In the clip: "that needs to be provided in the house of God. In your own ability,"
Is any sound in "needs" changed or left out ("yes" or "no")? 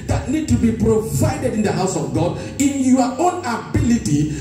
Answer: yes